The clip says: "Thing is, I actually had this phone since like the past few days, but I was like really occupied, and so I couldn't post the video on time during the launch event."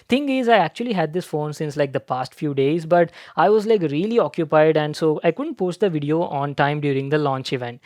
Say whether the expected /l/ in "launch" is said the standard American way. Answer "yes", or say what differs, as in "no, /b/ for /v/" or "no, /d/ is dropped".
yes